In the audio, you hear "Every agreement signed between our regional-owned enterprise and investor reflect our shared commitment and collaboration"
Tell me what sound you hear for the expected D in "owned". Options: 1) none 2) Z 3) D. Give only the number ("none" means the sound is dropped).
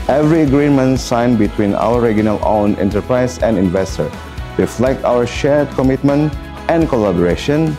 1